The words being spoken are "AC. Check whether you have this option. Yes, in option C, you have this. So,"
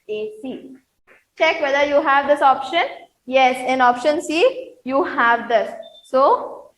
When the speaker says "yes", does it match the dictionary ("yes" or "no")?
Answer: yes